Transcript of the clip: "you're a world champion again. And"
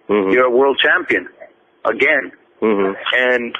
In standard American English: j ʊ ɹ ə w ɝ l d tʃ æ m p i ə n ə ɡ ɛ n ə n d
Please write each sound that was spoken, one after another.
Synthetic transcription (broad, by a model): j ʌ ɹ ə w ɝ l d tʃ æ m p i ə n ə ɡ ɛ n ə n